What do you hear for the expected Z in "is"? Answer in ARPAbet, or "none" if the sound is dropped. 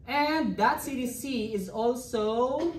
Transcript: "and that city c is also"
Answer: Z